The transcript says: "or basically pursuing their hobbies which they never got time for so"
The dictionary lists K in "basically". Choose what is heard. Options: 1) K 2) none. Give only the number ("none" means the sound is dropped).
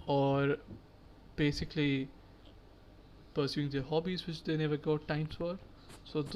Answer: 1